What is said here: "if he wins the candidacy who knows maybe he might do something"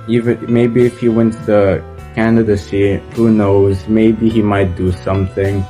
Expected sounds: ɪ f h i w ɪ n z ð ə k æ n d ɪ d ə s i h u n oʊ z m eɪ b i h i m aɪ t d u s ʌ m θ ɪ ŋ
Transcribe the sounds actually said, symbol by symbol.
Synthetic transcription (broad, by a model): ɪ f h i w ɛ n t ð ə k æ n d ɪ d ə s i h u n oʊ z m eɪ b i h i m aɪ t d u s ʌ m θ ɪ ŋ